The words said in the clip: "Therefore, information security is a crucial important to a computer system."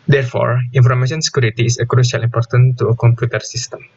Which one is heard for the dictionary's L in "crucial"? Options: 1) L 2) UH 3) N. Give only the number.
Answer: 1